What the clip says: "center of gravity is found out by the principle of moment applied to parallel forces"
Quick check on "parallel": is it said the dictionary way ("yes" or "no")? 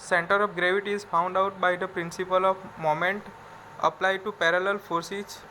yes